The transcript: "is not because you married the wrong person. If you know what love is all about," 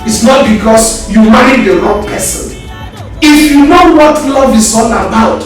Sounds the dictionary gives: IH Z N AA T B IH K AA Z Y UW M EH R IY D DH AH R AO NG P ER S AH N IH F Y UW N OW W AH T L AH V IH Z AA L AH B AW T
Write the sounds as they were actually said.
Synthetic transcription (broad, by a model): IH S N AA T B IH K AA S Y UW M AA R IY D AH L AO P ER S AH N IH F Y UW N OW W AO T L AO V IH S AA N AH B AW T